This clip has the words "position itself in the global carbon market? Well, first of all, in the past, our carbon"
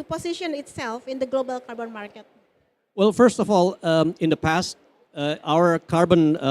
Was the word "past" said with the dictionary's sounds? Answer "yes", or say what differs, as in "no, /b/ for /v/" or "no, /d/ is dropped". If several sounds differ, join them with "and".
yes